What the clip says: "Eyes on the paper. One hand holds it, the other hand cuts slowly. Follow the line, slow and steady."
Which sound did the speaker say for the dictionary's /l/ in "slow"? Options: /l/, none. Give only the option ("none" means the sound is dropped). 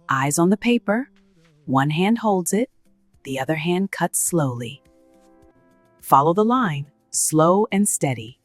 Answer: /l/